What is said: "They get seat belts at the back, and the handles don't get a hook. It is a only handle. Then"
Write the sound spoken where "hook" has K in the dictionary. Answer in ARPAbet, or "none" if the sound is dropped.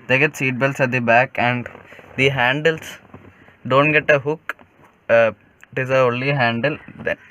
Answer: K